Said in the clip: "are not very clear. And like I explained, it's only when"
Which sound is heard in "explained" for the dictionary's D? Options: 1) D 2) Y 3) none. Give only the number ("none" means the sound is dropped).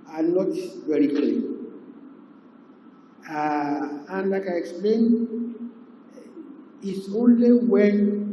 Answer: 3